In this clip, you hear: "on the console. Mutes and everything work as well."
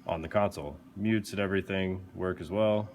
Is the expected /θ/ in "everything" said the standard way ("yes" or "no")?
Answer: yes